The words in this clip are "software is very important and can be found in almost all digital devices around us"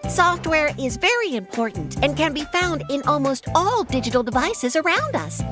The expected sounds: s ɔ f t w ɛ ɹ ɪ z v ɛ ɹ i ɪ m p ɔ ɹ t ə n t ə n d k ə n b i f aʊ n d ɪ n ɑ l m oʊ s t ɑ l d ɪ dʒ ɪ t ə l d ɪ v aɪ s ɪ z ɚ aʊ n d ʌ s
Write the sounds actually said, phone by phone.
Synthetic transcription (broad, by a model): s ɔ f t w ɛ ɹ ɪ z v ɛ ɹ i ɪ m p ɔ ɹ t n t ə n k ə n b i f aʊ n d ɪ n ɑ l m oʊ s t ɑ l d ɪ dʒ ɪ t l d ɪ v aɪ s ɪ z ɚ aʊ n d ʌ s